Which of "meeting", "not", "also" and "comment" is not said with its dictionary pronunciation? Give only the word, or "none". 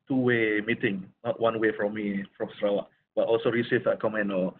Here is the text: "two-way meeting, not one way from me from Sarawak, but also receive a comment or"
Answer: comment